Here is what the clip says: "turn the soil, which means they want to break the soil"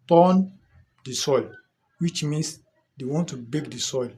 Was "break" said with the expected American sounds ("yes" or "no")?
no